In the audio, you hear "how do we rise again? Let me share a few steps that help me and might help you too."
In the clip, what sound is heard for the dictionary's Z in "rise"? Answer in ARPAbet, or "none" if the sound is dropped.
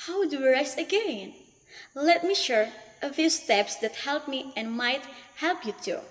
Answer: S